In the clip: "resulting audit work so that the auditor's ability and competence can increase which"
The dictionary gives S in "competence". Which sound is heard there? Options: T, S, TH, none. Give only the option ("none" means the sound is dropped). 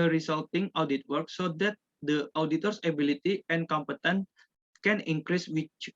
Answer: none